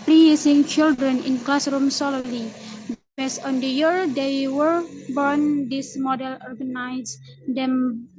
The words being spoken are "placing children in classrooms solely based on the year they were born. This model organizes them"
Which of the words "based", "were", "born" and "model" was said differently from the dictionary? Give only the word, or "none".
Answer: based